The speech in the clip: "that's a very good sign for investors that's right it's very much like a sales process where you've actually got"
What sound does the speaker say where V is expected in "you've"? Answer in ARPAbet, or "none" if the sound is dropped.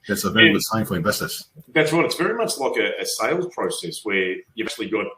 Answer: none